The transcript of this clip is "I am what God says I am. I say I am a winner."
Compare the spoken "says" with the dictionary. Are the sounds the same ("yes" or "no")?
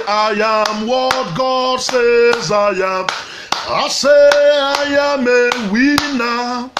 yes